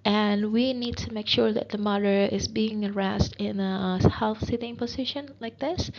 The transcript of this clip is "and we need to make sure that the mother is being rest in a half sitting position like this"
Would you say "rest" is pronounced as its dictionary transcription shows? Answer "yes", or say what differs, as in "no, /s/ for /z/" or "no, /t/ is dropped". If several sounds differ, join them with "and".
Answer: yes